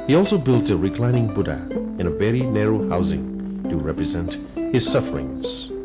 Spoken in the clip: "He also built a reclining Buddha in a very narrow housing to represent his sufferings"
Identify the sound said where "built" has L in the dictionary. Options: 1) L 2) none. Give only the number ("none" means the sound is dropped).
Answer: 1